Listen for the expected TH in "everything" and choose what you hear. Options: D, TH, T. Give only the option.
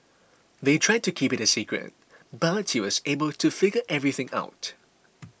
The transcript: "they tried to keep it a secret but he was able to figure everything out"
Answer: TH